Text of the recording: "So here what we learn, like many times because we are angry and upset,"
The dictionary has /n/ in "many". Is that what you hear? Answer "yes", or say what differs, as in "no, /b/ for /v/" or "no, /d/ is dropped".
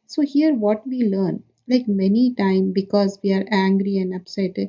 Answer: yes